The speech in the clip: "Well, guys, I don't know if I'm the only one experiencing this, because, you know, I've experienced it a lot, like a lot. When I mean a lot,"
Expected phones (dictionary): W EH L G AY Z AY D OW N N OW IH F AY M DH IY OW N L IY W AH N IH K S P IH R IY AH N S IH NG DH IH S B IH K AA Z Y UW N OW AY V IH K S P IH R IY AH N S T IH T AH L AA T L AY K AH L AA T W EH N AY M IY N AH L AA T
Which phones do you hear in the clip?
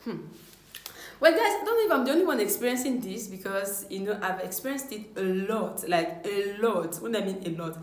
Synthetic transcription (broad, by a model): W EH L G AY S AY D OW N N OW IH F AY M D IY OW N L IY W AH N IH K S P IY R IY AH N S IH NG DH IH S B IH K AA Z Y UW N OW AY V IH K S P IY R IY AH N S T IH T AH L AA T L AY K AH L AA T W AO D AY M IY N AH L AA T